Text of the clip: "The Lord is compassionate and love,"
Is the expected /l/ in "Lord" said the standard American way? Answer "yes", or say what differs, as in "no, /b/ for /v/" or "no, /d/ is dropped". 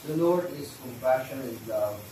no, /n/ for /l/